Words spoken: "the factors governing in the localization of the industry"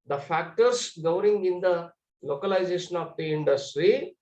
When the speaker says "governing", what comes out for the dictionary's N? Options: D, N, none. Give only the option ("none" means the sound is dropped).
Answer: none